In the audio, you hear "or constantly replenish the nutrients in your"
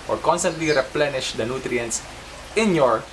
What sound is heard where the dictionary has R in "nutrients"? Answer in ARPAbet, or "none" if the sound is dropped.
R